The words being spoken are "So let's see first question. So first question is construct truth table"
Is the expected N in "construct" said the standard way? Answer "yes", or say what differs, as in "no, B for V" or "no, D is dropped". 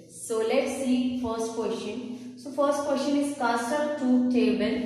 no, N is dropped